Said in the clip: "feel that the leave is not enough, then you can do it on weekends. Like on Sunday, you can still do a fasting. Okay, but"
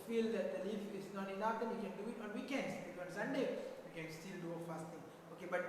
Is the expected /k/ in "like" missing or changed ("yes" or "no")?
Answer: yes